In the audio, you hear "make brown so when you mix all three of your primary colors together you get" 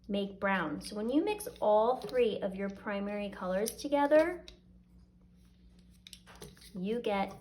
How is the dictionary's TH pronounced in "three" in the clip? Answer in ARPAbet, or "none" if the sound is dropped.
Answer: TH